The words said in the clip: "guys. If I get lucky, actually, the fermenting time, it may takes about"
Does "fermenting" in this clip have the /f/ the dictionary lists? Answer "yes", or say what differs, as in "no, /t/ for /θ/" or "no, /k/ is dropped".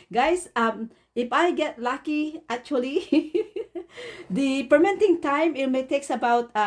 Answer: no, /p/ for /f/